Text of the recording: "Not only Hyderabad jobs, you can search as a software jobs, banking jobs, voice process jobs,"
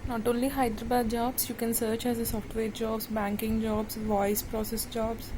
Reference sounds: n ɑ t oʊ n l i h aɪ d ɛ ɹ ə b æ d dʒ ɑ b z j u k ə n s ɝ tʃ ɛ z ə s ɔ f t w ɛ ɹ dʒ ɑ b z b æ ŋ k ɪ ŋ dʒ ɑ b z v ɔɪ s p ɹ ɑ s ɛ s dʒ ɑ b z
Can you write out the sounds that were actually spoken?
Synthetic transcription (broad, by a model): n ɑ t oʊ n l i h aɪ d ɹ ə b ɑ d dʒ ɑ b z j u k ə n s ɝ tʃ ɛ z ə s ɔ f t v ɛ ɹ dʒ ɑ b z b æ ŋ k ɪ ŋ dʒ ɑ b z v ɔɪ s p ɹ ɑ s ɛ s dʒ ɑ b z